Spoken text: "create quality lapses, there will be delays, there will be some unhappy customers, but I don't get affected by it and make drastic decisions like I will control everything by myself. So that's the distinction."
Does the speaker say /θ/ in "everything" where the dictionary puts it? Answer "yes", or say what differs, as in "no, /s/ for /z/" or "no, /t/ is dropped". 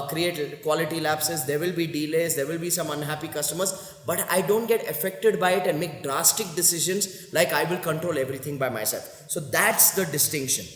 no, /t/ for /θ/